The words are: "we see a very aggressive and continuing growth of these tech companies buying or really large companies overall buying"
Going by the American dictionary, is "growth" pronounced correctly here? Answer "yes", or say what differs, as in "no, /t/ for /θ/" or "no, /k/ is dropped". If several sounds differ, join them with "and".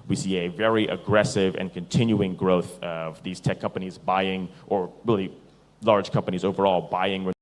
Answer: yes